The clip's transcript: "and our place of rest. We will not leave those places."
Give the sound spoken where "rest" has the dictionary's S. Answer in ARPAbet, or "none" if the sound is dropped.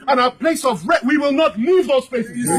none